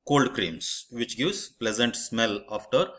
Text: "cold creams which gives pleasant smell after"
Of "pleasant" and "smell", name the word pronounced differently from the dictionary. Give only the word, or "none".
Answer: none